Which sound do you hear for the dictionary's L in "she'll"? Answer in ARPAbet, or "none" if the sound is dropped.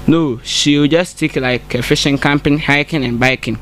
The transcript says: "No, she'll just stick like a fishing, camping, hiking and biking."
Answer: W